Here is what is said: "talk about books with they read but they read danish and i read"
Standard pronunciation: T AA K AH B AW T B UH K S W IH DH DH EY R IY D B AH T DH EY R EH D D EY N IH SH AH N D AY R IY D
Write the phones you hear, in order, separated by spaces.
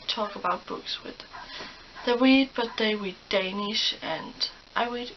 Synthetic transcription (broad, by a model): T AA K AH B AW T B UH K S W IH DH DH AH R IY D B AH T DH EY W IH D D EY N IH SH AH N AY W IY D